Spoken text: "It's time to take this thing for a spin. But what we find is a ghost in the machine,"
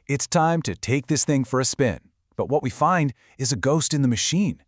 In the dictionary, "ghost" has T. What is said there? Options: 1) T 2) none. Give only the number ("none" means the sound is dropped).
1